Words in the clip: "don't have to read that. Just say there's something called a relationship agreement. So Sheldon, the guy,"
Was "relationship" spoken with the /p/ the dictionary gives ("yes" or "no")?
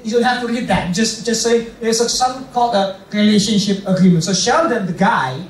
yes